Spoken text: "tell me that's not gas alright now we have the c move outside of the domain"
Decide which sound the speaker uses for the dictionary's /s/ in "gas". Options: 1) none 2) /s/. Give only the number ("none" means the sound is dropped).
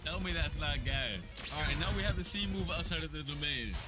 1